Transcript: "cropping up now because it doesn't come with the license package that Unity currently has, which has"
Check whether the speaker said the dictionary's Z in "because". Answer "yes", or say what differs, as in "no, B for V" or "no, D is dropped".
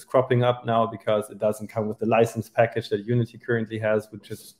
yes